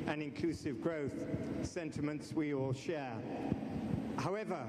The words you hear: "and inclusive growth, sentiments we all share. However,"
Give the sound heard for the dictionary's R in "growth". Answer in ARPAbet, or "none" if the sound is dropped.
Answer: R